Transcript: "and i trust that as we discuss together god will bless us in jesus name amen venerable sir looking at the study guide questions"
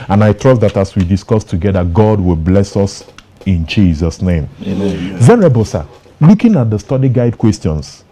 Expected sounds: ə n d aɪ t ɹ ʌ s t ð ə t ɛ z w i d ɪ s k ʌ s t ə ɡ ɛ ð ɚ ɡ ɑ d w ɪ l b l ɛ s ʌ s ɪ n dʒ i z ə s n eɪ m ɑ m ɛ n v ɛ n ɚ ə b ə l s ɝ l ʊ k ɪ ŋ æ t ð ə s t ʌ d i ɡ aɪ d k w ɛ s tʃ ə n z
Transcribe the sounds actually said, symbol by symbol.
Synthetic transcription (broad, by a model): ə n aɪ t ɹ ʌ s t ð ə t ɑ s w i d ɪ s k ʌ s t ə ɡ ɛ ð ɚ ɡ ɑ d w ɪ l b l ɛ s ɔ s ɪ n dʒ i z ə s n eɪ ɑ m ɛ v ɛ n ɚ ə b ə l s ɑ l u k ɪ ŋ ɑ t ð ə s t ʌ d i ɡ aɪ d k w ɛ s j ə n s